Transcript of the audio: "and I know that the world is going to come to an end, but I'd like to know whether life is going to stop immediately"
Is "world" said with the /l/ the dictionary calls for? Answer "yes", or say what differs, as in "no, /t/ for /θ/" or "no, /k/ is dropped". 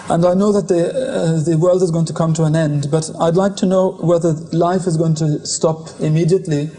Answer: yes